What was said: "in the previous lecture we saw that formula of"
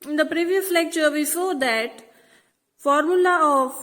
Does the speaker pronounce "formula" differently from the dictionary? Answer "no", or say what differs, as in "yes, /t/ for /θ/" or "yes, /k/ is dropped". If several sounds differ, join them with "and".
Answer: no